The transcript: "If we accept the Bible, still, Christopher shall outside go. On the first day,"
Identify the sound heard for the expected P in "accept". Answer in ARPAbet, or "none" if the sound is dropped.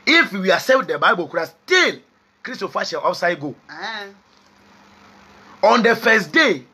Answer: none